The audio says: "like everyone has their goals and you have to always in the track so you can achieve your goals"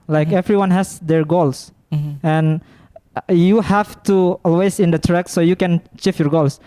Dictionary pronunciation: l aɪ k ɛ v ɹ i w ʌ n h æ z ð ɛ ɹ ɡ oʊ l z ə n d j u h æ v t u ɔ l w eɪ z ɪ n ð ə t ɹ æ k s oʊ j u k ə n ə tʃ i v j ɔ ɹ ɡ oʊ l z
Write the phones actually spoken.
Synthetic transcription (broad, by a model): l aɪ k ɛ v ɹ i w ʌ n h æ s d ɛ ɹ ɡ oʊ l s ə n j u h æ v t u ɔ l w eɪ s ɪ n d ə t ɹ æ k s oʊ j u k ə n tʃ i f j ɔ ɹ ɡ oʊ l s